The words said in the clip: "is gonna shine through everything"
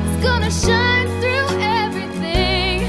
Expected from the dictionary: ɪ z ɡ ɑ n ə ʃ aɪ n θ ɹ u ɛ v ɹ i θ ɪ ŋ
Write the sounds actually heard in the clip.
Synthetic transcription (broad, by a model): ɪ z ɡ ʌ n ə ʃ aɪ n θ ɹ u ɛ v ɹ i θ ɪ ŋ